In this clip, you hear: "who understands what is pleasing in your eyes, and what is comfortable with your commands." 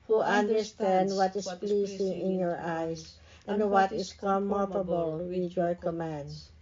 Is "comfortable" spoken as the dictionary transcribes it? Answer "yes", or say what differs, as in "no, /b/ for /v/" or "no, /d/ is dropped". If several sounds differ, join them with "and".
no, /f/ is dropped